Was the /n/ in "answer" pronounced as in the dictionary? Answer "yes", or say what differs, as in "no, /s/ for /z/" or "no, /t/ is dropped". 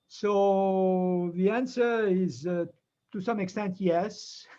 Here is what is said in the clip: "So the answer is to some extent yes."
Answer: yes